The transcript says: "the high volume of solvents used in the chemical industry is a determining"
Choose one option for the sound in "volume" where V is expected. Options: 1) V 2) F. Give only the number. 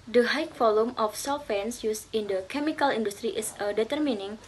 2